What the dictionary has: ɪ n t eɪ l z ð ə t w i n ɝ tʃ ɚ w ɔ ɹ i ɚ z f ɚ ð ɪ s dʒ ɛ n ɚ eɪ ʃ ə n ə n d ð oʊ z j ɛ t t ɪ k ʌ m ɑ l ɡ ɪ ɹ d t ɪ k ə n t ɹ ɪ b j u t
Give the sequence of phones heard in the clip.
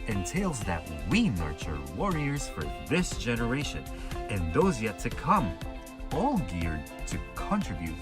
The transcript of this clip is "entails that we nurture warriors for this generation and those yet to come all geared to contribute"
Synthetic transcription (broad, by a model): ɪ n t eɪ l z ð ə t w i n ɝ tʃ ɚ w ɔ ɹ i ɚ z f ɚ ð ɪ s dʒ ɛ n ɚ eɪ ʃ ə n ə n ð oʊ z j ɛ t t ɪ k ʌ m ɑ l ɡ ɪ ɹ d t ɪ k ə n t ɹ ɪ b j u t